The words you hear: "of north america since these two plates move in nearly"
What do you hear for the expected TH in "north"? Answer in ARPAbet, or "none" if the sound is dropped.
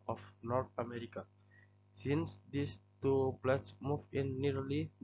T